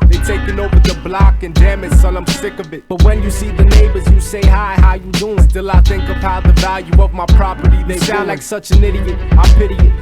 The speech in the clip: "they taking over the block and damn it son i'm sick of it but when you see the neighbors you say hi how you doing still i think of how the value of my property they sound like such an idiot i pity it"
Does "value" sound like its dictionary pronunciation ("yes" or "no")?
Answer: yes